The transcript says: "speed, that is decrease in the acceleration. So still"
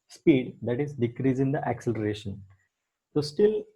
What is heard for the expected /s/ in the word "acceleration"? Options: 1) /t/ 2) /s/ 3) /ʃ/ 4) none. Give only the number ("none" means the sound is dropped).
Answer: 2